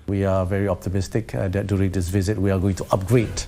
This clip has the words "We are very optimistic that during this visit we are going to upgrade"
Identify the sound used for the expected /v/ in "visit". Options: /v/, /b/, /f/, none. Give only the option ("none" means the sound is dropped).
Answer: /v/